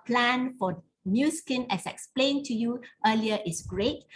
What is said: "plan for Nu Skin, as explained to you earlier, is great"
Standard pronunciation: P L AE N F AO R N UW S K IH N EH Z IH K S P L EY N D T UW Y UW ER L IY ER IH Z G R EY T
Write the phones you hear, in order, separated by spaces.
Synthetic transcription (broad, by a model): P L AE N F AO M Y UW S K IH N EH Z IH K S P L EY N T UW Y UW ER L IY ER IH S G R EY T